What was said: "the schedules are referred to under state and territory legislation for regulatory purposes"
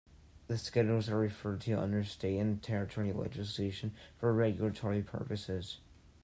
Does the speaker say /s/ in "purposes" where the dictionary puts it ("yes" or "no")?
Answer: yes